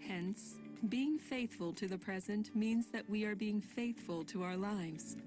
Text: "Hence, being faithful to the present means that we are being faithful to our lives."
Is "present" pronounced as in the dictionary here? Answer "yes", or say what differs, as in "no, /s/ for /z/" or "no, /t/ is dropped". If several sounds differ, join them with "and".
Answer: yes